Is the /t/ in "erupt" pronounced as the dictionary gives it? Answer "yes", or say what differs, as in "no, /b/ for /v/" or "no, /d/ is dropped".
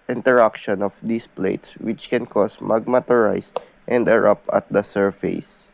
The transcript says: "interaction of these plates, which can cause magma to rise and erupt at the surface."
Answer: no, /t/ is dropped